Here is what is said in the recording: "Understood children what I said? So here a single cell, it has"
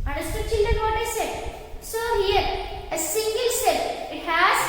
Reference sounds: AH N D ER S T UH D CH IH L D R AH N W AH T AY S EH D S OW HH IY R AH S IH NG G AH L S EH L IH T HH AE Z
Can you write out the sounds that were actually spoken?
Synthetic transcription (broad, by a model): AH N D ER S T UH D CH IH N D AH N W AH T AY S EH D S OW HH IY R AH S IH NG G AH L S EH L IH T HH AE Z